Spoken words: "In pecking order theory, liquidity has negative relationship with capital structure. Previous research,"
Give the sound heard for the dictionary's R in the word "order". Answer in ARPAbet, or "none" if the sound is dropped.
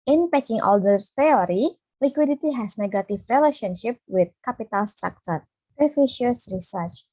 L